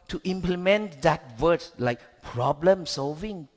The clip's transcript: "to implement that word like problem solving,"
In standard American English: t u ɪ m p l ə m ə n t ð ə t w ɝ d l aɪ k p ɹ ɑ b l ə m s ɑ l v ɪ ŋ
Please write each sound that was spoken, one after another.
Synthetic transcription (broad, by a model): t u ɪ m p l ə m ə n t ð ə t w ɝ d l aɪ k p ɹ ɑ b l ə m s ɑ l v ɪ ŋ